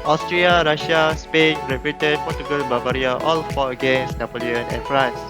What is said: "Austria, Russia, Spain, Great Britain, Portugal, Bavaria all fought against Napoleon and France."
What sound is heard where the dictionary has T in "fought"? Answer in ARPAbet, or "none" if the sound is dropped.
none